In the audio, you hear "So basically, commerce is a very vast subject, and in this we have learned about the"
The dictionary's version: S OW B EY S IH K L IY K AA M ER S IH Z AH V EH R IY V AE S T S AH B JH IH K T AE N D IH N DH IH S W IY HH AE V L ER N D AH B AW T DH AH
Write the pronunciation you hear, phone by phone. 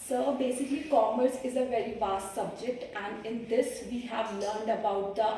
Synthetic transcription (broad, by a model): S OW B EY S IH K L IY K AA M ER S IH Z AH V EH R IY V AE S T S AH B JH IH K T AE N D IH N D IH S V IY HH AE V L ER N D AH B AW T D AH